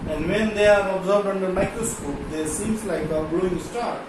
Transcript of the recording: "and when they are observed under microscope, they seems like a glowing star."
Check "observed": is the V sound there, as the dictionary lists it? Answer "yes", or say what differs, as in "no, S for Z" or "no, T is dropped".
no, B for V